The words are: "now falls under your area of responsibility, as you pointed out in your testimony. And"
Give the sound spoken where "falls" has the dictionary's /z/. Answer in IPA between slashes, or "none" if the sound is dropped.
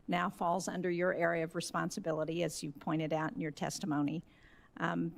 /z/